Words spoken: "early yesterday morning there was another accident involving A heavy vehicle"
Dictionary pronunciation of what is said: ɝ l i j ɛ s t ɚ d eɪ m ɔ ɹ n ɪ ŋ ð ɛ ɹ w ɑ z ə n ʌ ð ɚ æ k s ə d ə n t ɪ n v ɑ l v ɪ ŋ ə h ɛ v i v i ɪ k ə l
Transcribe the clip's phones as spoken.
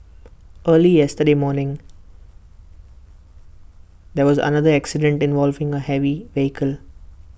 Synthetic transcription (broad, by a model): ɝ l i j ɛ s t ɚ d eɪ m ɔ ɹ n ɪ ŋ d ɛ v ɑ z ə n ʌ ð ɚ æ k s ə d ə n t ɪ n v ɑ l v ɪ ŋ ə h ɛ v i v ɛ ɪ k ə l